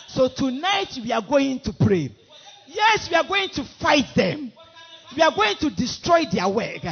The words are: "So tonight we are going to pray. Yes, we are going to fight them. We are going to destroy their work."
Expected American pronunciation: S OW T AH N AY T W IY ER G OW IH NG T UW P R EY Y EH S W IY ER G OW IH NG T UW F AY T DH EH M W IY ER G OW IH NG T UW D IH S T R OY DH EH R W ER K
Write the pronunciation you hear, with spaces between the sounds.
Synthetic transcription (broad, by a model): S OW T AH N AY T W IY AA G OW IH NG T UW P R EY Y EH S W IY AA G OW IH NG T UW F AY T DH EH M W IY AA G OW IH NG T UW D IH S T R OY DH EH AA W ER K